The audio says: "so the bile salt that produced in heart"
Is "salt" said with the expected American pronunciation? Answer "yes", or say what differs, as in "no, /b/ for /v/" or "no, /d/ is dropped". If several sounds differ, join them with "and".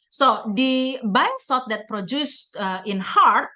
no, /l/ is dropped